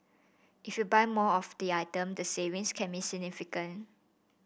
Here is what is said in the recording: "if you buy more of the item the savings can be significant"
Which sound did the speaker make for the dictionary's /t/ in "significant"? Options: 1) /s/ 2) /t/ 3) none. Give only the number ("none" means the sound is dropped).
3